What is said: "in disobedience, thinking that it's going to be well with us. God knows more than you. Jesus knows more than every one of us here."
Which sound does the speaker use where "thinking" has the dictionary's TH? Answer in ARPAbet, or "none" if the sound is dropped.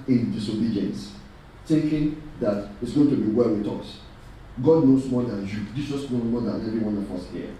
T